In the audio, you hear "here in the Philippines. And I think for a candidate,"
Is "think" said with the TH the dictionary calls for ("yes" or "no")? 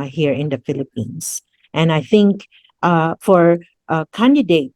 yes